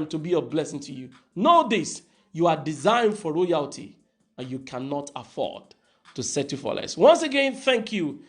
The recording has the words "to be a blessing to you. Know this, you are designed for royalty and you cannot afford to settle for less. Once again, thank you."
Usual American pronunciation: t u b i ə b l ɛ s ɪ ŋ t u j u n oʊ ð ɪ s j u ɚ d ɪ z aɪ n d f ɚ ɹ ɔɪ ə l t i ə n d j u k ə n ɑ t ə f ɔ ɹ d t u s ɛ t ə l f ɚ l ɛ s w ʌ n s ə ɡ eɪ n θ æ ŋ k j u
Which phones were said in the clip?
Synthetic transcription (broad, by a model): t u b i ə b l ɛ s ɪ ŋ t u j u n oʊ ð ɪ s j u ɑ d ɪ z aɪ n d f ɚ ɹ ɔɪ ə l t i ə n j u k ə n ɑ t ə f ɔ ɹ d t u s ɛ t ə f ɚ l ɛ s w ʌ n s ə ɡ eɪ n θ æ ŋ k j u